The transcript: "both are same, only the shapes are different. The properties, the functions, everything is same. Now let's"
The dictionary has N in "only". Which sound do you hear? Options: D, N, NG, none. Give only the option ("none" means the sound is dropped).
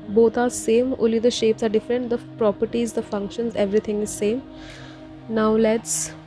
none